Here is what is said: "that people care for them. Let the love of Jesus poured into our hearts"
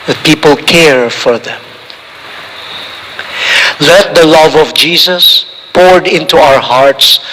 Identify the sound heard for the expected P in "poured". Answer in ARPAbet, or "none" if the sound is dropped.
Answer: P